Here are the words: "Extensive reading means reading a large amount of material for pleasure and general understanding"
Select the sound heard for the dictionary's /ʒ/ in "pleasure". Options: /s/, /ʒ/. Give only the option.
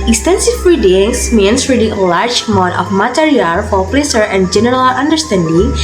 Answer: /s/